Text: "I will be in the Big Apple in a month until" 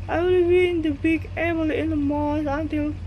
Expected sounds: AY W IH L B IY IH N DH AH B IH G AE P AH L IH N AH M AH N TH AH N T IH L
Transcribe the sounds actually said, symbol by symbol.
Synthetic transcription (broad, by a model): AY W IH L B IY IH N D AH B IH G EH B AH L IH N AH M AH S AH N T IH L